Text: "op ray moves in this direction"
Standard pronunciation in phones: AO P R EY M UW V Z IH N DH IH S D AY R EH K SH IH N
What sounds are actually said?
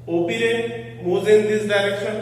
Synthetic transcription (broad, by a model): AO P R EY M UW Z IH N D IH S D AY R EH K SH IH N